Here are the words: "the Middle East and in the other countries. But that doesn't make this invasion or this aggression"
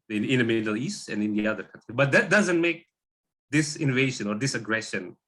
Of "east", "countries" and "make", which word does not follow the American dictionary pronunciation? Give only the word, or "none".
countries